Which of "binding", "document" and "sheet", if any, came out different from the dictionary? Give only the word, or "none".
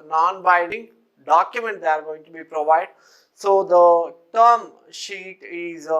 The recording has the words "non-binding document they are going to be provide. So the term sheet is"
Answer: binding